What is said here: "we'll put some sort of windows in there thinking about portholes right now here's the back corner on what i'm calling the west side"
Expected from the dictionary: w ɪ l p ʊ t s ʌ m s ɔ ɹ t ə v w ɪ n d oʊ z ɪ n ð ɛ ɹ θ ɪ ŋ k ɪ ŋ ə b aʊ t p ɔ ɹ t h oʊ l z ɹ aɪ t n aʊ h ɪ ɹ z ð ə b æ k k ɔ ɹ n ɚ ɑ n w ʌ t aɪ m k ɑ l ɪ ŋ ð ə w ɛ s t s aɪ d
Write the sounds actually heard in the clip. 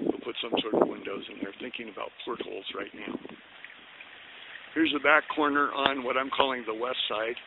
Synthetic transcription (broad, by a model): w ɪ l p ʊ t s ʌ m s ɔ ɹ t ə v w ɪ n d oʊ z ɪ n ð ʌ ɹ θ ɪ ŋ k ɪ ŋ ə b aʊ t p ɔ ɹ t h oʊ l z ɹ aɪ t n aʊ h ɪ ɹ z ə b æ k k ɔ ɹ n ɚ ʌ n w ʌ t aɪ m k ɑ l ɪ ŋ ð ə w ɛ s t s aɪ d